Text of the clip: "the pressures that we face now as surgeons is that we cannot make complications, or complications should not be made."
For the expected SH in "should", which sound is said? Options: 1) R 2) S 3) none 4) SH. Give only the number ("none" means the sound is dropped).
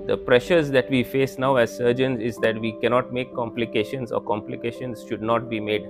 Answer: 4